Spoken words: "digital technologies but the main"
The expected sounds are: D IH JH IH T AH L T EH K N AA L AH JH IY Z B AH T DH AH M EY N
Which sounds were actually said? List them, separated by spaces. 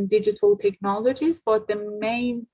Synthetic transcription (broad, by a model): D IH JH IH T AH L T EH K N AA L AH JH IY Z B AH T DH AH M EY N